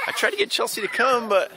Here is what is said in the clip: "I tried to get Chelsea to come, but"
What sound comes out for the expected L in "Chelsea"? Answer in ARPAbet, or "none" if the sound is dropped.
L